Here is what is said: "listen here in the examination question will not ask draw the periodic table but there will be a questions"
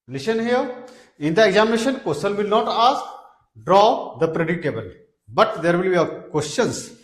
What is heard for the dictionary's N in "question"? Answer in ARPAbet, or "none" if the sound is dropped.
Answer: L